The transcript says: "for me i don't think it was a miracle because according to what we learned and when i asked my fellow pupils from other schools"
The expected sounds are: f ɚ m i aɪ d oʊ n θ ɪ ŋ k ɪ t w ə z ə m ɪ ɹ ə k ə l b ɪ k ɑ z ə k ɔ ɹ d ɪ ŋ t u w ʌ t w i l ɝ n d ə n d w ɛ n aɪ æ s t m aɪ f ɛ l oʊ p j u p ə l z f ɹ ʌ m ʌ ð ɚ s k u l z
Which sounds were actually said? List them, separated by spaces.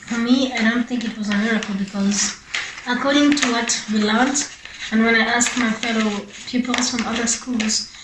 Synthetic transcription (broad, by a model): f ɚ m i aɪ d oʊ n θ ɪ ŋ k ɪ t w ə z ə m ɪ ɹ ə k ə l b ɪ k ɑ z ə k ɔ ɹ d ɪ ŋ t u w ʌ t w i l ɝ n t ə n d w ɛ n aɪ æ s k m aɪ f ɛ l oʊ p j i p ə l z f ɹ ʌ m ʌ ð ɚ s k u l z